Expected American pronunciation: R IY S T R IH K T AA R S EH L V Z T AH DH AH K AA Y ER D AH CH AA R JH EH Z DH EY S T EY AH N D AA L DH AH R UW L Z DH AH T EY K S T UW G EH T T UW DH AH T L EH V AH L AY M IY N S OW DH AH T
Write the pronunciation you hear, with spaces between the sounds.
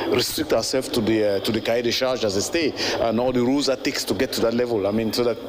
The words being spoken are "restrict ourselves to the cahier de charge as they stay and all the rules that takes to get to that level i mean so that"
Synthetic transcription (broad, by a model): R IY S T R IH K T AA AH S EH L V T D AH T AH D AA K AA D AH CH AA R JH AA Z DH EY S T EY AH N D AA L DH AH R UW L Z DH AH T EY K S T UW G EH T T UW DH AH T L EH V AH L AY M IY N S OW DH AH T